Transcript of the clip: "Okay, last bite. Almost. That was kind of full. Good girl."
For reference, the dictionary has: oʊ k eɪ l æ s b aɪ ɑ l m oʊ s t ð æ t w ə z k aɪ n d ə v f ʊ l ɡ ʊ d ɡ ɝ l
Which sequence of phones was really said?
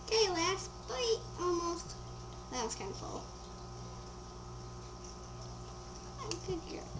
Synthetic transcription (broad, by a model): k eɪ l æ s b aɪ ɑ l m oʊ s t ð æ t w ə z k aɪ n d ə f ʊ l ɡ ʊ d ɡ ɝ